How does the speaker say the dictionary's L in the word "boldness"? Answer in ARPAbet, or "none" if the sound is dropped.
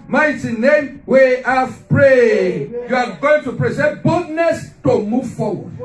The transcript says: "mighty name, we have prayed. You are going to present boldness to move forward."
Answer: none